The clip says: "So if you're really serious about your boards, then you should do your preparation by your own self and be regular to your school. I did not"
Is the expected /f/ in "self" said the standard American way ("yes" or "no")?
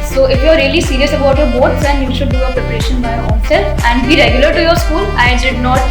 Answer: no